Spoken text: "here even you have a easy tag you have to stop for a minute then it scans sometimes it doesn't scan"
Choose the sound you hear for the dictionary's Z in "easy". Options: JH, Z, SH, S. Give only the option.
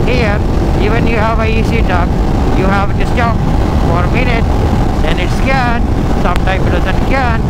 S